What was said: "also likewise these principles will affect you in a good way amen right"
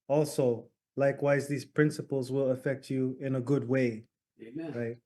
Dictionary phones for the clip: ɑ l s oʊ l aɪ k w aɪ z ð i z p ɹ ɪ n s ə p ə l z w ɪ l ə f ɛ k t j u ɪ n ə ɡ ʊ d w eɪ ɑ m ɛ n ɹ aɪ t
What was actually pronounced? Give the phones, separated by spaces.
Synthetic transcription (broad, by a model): ɑ l s oʊ l aɪ k w aɪ z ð i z p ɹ ɪ n s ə p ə l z w ɪ l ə f ɛ k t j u ɪ n ə ɡ ʊ d w eɪ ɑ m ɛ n ɹ aɪ t